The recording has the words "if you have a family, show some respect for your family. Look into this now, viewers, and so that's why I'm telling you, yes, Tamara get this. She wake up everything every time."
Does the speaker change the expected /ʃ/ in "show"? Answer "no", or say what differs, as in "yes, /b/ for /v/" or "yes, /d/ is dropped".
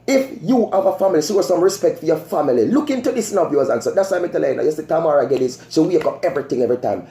yes, /s/ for /ʃ/